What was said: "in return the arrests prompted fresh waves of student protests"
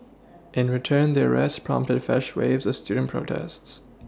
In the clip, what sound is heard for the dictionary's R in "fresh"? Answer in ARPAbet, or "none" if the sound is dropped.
none